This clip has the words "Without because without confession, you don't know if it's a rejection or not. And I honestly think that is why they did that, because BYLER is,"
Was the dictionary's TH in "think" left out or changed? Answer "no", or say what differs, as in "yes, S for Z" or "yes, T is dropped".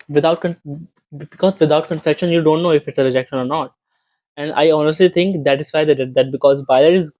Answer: yes, T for TH